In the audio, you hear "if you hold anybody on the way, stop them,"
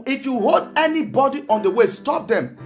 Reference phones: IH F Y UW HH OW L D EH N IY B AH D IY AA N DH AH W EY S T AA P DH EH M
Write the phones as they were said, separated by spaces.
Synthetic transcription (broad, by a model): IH F Y UW HH OW L D EH N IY B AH D IY AA N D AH W EY S T AA P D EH M